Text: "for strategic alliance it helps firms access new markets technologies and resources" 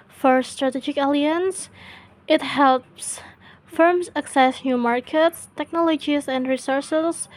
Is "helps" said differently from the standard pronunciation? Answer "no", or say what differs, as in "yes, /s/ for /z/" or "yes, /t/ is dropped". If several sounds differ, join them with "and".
no